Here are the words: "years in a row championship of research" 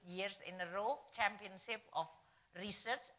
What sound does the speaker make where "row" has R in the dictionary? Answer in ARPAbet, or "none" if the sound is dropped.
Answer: R